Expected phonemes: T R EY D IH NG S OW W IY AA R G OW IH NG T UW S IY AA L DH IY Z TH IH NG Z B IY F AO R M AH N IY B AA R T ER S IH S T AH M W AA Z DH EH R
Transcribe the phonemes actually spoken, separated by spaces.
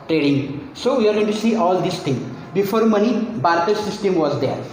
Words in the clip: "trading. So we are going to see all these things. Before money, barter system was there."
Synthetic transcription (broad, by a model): T R EY D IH NG S OW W IY AA R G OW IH T UW S IY AA L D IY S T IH NG B IY F AO R M AH N IY B AA R T ER S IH S T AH M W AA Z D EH R